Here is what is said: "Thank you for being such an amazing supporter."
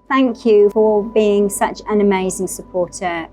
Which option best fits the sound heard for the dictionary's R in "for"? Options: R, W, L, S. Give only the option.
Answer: L